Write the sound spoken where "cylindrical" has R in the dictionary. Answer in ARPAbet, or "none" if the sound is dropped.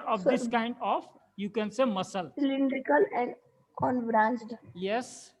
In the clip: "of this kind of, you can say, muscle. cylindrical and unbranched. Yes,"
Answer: R